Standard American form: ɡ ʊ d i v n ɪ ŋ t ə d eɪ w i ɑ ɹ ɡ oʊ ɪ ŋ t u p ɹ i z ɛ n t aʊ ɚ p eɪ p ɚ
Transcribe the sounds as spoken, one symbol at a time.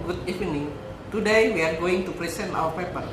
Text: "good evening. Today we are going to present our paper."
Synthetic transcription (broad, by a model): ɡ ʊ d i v n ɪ ŋ t ə d eɪ w i ɑ ɹ ɡ oʊ ɪ ŋ t u p ɹ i s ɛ n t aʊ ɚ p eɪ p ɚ